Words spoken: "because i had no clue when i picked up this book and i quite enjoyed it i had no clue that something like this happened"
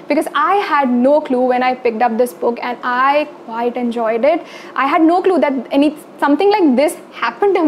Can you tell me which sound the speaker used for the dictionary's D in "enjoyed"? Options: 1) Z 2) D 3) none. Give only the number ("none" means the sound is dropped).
2